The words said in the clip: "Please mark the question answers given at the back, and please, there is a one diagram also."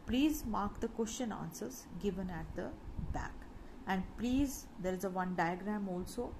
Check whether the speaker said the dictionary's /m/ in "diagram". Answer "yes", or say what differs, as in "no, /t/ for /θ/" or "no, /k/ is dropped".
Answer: yes